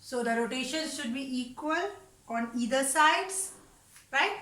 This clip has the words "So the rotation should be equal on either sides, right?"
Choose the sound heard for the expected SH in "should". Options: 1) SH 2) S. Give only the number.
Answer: 1